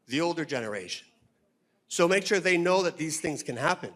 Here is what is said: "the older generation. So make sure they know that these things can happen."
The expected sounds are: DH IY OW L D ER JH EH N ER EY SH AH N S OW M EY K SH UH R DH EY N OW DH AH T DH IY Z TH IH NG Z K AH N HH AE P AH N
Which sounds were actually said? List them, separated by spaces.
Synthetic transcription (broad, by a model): DH IY OW L D ER JH EH N ER EY SH AH N S OW M EY K SH UH R DH EY N OW DH AH T DH IY Z TH IH NG Z K AH N HH AE P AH N